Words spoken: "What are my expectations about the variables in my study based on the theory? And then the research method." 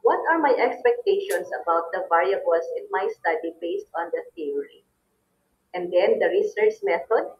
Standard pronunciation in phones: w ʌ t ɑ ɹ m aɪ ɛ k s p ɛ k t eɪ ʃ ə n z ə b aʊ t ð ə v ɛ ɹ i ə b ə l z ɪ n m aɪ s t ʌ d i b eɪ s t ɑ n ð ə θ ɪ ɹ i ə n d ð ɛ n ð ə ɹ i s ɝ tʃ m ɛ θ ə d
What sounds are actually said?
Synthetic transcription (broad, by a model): w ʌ t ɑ ɹ m aɪ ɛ k s p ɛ k t eɪ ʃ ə n s ə b aʊ t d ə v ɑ ɹ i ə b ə l s ɪ n m aɪ s t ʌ d i b eɪ s t ɑ n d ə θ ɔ ɹ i ə n d ɛ n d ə ɹ i s ɝ tʃ m ɛ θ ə d